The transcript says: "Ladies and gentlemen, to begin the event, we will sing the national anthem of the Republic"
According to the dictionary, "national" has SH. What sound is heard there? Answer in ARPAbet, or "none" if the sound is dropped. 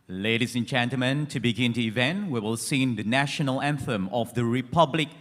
SH